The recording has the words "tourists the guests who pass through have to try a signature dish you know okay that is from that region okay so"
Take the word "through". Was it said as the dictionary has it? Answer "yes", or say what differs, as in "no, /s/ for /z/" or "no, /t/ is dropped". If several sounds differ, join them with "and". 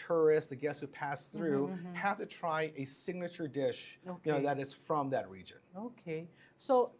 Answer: yes